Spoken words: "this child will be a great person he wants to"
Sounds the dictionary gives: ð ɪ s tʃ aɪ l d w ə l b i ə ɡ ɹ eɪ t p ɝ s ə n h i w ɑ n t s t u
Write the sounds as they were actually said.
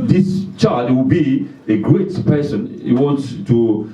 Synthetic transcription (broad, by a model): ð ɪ s tʃ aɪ d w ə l b i ə ɡ ɹ eɪ t p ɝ s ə n h i w ɑ n t s t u